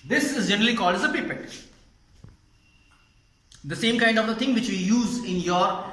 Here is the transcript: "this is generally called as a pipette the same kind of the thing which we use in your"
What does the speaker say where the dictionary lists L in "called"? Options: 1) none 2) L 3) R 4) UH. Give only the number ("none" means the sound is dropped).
2